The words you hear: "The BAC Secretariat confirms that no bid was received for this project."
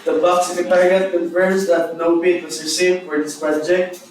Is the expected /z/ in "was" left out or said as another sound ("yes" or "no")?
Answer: yes